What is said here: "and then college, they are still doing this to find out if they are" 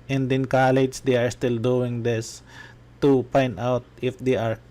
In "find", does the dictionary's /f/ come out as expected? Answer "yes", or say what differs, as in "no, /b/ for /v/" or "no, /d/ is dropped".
no, /p/ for /f/